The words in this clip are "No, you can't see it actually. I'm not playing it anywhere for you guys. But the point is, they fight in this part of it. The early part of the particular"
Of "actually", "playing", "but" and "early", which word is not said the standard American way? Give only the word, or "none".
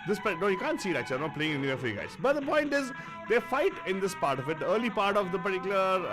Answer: actually